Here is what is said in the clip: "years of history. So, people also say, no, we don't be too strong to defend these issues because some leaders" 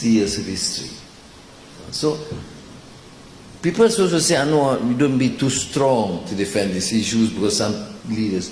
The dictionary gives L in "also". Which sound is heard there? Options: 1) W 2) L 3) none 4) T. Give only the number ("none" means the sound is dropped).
3